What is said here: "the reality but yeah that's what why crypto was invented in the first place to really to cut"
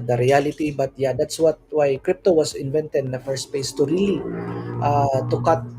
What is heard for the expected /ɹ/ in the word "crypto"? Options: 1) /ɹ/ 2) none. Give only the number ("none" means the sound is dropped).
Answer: 1